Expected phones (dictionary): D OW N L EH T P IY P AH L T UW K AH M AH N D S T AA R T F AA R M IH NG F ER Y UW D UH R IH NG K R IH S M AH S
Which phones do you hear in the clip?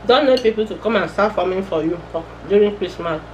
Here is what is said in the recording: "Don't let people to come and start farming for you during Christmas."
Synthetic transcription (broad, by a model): D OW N N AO P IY P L T UW K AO M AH N S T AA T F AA M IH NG F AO Y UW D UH R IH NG K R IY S M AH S